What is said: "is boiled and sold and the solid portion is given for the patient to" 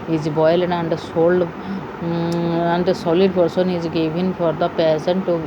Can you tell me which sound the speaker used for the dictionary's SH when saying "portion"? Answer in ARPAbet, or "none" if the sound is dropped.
S